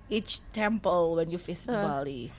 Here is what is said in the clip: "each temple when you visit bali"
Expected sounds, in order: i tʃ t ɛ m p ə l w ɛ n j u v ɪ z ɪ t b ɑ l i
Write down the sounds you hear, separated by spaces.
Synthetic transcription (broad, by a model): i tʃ t ɛ m p ə l w ɛ n j u f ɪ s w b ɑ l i